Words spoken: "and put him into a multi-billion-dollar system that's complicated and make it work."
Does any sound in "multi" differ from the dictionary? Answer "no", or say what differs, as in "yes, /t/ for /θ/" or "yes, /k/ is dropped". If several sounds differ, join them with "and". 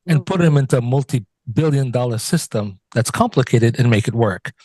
no